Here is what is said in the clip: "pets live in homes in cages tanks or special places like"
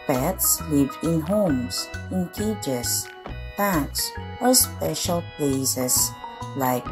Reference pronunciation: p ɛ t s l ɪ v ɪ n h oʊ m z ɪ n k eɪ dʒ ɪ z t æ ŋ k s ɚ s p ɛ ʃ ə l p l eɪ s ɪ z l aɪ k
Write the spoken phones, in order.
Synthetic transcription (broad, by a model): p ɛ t s l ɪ v ɪ n h oʊ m s ɪ n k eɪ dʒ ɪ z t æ k s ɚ s p ɛ ʃ ə l p l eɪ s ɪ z l aɪ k